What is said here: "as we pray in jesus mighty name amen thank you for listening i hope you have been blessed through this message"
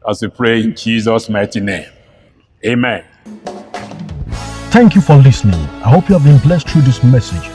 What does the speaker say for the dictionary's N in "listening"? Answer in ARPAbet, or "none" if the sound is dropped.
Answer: N